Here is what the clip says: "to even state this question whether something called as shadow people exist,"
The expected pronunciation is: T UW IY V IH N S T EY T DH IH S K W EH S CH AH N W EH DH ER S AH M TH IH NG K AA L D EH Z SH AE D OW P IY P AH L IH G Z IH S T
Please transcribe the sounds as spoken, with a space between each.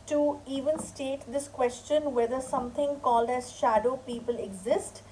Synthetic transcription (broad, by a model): T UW IY V IH N S T EY T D IH S K W EH S CH AH N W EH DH ER S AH M T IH NG K AA L D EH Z SH AE D OW P IY P AH L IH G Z IH S T